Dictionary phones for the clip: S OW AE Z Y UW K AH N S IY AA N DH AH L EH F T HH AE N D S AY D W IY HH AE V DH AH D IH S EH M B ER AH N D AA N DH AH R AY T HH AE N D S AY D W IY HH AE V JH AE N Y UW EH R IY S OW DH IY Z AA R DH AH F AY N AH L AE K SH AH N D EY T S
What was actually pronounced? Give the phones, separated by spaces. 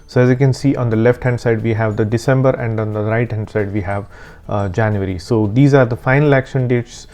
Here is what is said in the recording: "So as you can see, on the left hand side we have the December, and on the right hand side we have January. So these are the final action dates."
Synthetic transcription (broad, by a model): S OW AE Z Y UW K AH N S IY AA N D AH L EH F T HH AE N D S AY D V IY HH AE V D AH D IH S EH M B ER AH N D AA N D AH R AY T HH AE N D S AY D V IY HH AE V JH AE N Y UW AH R IY S OW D IY Z AA R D AH F AY N AH L AE K SH AH N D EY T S